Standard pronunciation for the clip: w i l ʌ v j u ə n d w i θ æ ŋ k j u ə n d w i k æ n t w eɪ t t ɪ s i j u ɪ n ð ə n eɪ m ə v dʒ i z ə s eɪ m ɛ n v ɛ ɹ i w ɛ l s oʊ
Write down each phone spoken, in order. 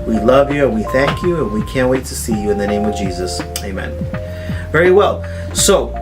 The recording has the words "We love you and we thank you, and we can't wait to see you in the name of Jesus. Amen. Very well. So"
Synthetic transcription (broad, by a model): w i l ʌ v j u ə n w i θ æ ŋ k j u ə n w i k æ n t w eɪ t t ɪ s i j u ɪ n ð ə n eɪ m ə v dʒ i z ə s eɪ m ɛ n v ɛ ɹ i w ɛ l s oʊ